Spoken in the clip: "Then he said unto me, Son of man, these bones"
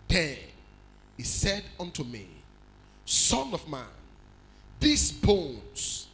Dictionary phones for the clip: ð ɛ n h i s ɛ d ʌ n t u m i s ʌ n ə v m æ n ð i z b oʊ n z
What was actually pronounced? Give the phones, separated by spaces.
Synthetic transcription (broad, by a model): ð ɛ n h i s ɛ d ʌ n t u m i s ʌ n ə v m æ n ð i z b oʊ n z